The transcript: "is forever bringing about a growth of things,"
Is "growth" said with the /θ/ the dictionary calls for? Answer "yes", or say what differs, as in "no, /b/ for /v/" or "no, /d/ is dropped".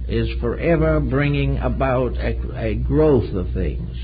yes